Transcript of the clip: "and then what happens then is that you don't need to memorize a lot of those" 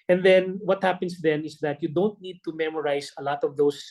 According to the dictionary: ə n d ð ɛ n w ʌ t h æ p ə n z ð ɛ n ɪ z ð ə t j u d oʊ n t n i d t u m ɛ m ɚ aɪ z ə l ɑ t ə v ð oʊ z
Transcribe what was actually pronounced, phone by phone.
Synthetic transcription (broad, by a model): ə n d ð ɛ n w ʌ t h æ p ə n s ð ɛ n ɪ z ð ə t j u d oʊ n t n i d t u m ɛ m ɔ aɪ s ə l ɑ t ə v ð oʊ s